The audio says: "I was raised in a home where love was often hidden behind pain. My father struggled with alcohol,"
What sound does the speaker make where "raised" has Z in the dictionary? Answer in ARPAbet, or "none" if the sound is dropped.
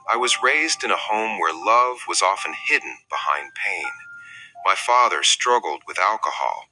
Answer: Z